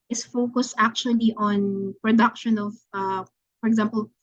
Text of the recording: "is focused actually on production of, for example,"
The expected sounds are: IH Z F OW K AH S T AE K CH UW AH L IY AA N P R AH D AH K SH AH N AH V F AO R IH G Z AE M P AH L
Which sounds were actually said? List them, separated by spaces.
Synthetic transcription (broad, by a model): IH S F OW K AH S T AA K CH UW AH L IY AA N P R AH D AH K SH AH N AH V F AO R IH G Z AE M P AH L